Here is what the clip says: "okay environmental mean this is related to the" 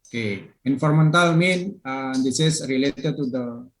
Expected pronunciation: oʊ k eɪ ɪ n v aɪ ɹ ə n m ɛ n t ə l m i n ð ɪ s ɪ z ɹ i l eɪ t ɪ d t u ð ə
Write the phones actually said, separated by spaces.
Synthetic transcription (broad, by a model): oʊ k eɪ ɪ n f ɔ ɹ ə m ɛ n t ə l m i n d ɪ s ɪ s ɹ i l eɪ t ɪ d t u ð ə